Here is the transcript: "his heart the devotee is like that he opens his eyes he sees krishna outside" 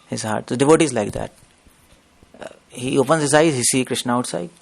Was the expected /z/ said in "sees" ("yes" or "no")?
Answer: no